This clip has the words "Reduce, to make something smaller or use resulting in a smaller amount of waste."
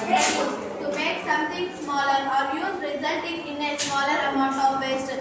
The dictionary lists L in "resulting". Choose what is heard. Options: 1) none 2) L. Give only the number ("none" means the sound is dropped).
2